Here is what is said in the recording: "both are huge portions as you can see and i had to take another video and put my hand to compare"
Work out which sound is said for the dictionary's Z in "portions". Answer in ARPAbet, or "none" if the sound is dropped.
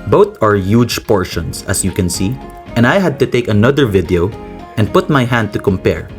S